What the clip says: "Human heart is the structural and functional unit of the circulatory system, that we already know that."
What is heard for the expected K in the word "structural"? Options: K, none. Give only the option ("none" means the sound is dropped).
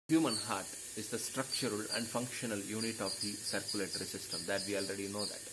K